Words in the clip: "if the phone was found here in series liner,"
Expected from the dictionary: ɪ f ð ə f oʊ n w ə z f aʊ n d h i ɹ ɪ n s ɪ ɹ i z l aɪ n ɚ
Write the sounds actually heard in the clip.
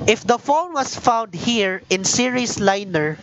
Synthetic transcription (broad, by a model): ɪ f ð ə f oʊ l w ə s f aʊ n d h i ɹ ɪ n s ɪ ɹ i s l aɪ n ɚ